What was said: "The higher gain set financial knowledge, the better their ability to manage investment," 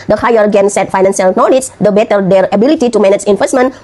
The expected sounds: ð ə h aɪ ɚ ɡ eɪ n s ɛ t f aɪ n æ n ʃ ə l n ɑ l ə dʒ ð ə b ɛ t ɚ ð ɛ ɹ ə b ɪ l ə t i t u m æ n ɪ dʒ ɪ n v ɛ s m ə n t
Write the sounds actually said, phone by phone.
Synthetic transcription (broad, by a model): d ə h aɪ ɚ ɡ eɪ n s ɛ t f aɪ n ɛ n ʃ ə l n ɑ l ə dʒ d ə b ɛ t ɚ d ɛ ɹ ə b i l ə t i t u m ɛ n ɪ tʃ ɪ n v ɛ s m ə n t